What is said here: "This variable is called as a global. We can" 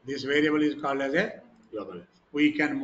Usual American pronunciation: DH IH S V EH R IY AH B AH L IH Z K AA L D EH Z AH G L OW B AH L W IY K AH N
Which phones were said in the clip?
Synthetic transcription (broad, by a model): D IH S V EH R IY AH B AH L IH Z K AA L D EH Z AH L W IY K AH N